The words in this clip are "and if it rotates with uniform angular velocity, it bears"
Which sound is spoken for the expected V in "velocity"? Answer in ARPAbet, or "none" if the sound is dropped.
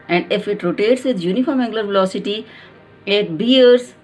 V